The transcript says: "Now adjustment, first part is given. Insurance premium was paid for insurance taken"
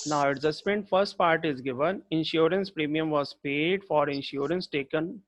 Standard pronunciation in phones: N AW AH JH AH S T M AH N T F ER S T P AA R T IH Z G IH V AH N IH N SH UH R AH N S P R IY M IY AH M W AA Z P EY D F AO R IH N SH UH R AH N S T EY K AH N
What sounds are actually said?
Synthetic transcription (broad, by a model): N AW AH Z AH S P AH N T F ER S T P AA R T IH Z G IH V AH N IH N SH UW R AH N S P R IY M IY AH M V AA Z P EY D F AO R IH N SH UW R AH N S T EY K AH N